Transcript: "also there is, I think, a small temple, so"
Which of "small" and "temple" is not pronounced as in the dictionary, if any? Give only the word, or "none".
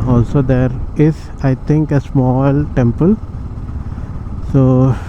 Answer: none